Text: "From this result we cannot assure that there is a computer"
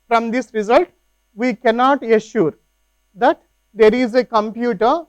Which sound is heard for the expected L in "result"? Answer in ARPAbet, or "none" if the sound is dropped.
L